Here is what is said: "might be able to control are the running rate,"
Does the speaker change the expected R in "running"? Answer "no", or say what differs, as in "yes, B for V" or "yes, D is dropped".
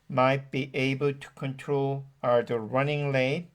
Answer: no